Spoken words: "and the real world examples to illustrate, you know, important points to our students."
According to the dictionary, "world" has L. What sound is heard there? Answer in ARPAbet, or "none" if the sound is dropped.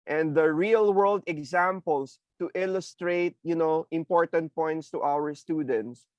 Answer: L